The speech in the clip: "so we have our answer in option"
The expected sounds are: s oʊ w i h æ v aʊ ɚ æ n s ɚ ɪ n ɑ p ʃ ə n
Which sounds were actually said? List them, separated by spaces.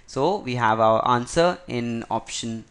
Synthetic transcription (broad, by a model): s oʊ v i h æ v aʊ ɚ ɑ n s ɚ ɪ n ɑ p ʃ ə n